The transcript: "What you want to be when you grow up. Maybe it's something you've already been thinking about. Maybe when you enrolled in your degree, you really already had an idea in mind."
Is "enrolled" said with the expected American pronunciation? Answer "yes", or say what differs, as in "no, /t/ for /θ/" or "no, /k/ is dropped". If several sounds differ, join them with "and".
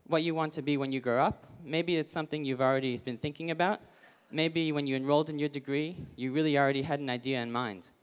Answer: yes